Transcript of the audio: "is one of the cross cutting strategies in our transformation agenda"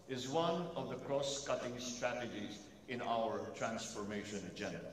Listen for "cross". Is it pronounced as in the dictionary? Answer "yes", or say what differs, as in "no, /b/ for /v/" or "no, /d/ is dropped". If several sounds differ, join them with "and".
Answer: yes